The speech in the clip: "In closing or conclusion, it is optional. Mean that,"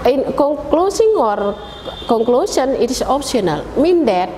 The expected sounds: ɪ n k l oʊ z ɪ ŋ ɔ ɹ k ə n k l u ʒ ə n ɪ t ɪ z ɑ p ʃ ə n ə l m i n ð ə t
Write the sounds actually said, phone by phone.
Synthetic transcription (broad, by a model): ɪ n k l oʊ s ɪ ŋ ɔ ɹ k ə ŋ k l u s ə n ɪ t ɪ s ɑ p s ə n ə l m i n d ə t